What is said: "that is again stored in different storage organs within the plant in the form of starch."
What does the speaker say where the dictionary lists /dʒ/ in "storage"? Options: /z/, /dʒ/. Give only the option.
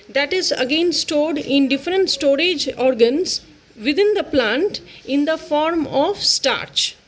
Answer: /dʒ/